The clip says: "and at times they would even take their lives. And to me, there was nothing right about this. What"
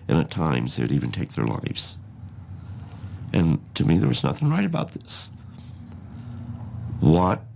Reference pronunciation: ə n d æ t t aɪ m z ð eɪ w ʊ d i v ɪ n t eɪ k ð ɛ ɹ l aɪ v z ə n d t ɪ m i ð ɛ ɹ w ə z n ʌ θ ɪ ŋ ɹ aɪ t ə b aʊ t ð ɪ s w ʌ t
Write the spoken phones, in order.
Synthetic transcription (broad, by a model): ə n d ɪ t t aɪ m z ð eɪ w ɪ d i v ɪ n t eɪ k ð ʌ ɹ l aɪ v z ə n t ɪ m i ð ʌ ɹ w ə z n ʌ θ ɪ ŋ ɹ aɪ t ə b aʊ t ð ɪ s w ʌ t